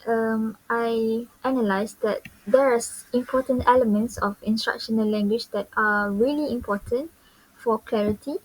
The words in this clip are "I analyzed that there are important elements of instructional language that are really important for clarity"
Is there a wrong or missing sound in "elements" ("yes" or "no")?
no